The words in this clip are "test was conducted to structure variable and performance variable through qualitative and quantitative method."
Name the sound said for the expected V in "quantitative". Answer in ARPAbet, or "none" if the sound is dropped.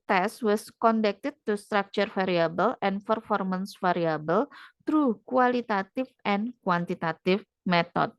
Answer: F